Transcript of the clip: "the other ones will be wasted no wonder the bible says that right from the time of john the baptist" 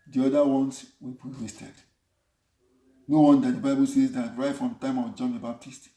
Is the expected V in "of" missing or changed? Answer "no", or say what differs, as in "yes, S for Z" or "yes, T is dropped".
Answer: yes, W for V